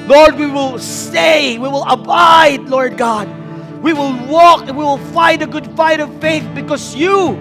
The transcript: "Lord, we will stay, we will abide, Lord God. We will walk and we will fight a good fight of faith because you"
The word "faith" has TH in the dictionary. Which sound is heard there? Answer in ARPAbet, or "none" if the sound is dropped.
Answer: TH